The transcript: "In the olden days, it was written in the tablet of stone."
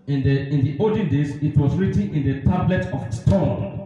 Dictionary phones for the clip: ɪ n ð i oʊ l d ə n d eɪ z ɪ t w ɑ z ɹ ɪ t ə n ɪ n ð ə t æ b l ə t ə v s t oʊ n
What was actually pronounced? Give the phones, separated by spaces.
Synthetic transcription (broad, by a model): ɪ n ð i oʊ d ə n d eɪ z ɪ t w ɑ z ɹ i t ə n ɪ n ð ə t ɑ b l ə t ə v s t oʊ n